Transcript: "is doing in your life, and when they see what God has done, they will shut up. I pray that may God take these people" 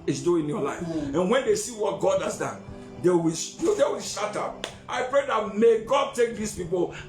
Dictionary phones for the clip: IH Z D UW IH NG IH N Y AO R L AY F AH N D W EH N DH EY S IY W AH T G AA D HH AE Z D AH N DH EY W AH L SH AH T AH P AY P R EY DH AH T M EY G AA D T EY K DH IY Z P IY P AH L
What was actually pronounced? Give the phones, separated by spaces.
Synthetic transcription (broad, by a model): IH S D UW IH IH N Y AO L AY F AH N W EH N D EY S IY W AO T G AA D HH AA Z D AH N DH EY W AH W SH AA T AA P AY P R EY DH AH T M EY G AA D T EY K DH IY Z P IY P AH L